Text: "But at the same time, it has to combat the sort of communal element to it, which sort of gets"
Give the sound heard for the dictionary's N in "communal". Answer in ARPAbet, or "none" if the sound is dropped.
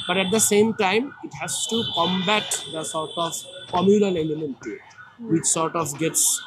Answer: L